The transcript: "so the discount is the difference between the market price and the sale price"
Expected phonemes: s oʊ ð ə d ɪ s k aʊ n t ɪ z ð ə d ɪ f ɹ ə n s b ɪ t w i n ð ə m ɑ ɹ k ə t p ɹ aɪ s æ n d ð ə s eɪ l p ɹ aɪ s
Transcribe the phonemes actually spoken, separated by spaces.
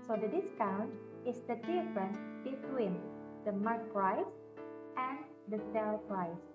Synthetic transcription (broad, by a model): s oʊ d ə d ɪ s k aʊ n t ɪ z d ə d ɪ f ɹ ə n b ɪ t w i n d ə m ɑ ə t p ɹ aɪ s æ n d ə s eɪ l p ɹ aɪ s